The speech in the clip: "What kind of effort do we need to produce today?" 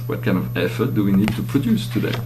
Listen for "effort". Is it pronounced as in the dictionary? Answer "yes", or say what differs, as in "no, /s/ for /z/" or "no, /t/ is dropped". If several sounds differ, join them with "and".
yes